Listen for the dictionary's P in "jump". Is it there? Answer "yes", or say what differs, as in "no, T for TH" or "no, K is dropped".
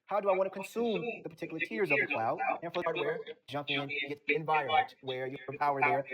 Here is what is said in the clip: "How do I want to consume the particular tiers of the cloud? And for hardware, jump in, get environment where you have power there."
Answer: yes